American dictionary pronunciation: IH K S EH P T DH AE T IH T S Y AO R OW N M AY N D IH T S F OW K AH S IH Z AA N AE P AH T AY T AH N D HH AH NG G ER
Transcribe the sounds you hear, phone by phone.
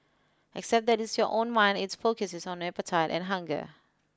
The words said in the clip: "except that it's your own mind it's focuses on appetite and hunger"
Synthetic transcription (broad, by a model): IH K S EH P T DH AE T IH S Y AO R OW N M AY N D IH T S F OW K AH S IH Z AA N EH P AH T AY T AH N HH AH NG G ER